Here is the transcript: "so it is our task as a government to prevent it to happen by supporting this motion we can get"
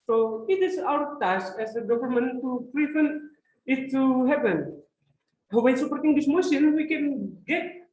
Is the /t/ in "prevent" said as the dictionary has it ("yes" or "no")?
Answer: no